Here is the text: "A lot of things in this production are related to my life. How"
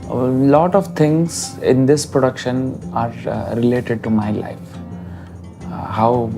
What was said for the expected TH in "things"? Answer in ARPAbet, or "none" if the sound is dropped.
T